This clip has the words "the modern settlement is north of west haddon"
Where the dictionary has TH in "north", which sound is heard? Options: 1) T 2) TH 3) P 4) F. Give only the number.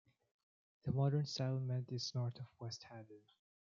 1